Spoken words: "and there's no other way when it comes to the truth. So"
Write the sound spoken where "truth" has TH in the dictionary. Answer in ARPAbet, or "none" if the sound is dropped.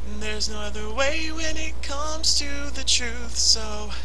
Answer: TH